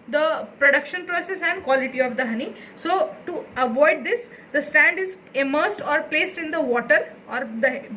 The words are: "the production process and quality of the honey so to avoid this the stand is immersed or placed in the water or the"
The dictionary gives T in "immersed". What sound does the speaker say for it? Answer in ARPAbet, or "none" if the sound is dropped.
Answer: T